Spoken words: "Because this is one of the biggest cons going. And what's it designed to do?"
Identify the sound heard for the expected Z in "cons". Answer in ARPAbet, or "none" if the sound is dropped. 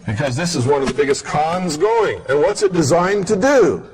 Z